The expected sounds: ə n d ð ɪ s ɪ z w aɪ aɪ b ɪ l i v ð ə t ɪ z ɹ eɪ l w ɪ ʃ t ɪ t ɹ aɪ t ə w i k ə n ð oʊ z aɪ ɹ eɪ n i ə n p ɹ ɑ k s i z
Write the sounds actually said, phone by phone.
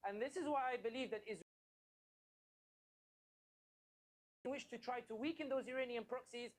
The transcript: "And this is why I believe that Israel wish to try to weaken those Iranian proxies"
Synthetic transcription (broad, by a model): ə n ð ɪ s ɪ z w aɪ aɪ b ɪ l i v ð ə t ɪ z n w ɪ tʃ t ɪ t ɹ aɪ t ə w i k ə n ð oʊ z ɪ ɹ eɪ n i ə n p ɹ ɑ k s i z